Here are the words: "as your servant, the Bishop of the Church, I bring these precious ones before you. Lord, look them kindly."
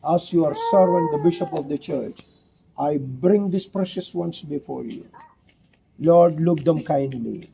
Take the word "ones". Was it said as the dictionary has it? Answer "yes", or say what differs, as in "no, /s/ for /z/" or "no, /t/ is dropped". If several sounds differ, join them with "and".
no, /s/ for /z/